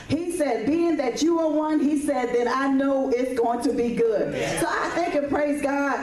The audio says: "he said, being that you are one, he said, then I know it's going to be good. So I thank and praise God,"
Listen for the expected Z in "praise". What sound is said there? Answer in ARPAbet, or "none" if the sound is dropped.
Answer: Z